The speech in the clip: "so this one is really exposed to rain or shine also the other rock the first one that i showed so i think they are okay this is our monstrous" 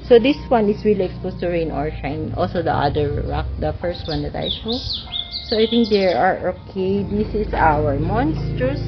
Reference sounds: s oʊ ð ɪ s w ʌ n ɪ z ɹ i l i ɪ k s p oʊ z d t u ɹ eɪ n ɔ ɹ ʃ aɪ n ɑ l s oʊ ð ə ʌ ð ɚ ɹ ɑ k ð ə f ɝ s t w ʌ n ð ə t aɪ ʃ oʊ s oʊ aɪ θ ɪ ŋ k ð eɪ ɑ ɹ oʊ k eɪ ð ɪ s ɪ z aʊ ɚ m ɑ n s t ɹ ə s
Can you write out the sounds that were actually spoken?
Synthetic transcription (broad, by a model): s oʊ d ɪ s w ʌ n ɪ s ɹ i l i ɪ k s p oʊ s t u ɹ eɪ n ɔ ɹ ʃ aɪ n ɑ l s oʊ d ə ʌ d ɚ ɹ ɑ k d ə f ɝ s t w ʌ n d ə t aɪ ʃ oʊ s oʊ aɪ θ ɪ ŋ k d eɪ ɑ ɹ oʊ k eɪ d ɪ s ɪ s aʊ ɚ m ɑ n s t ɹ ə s